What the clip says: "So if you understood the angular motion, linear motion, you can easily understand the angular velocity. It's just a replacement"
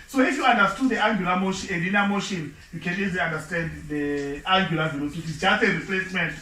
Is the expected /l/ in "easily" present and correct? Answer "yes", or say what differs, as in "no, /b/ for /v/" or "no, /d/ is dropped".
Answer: no, /l/ is dropped